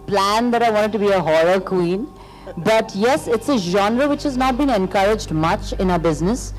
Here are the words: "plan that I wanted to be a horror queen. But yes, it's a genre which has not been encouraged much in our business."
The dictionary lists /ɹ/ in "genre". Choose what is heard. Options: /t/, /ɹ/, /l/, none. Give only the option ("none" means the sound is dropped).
/ɹ/